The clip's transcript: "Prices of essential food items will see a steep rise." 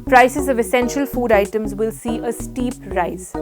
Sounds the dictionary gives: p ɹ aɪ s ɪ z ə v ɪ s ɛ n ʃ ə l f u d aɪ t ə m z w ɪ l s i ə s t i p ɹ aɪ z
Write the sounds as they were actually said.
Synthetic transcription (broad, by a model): p ɹ aɪ s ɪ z ə v ɪ s ɛ n ʃ ə l f u d aɪ t ə m z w ɪ l s i ə s t i p ɹ aɪ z